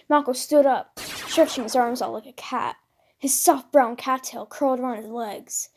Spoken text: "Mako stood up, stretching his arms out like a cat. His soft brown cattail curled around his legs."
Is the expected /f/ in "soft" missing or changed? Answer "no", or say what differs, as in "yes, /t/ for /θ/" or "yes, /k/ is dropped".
no